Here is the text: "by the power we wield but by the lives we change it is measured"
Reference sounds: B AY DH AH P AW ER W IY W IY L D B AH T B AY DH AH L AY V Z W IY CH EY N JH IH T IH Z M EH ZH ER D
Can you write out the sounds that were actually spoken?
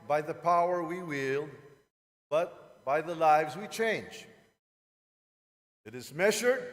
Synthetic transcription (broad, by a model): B AY DH AH P AW ER W IY W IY L B AH T B AY DH AH L AY V Z W IY CH EY N JH IH T IH Z M EH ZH ER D